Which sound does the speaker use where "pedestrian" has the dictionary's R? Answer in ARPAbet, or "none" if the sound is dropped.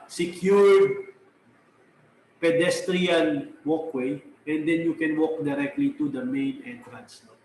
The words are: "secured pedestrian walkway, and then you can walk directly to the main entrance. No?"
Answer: R